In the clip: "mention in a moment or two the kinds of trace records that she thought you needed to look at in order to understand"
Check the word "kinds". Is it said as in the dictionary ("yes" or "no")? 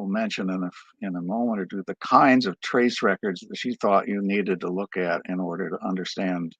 yes